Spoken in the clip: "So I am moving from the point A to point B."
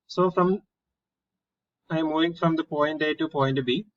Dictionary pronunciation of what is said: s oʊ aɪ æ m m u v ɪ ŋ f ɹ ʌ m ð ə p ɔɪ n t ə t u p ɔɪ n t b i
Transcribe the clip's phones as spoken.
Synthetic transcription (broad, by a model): s oʊ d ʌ m m u v ɪ ŋ f ɹ ʌ m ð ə p ɔɪ n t ə t u p ɔɪ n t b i